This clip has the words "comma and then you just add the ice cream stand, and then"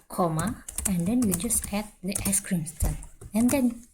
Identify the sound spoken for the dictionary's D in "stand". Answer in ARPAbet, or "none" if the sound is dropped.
none